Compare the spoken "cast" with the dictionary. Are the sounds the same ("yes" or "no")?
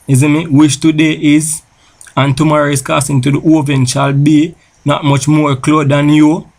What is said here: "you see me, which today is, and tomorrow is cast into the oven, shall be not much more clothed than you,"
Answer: no